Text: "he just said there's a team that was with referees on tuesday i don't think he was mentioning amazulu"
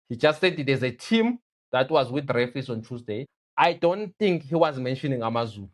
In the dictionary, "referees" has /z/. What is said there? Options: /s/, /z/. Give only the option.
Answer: /s/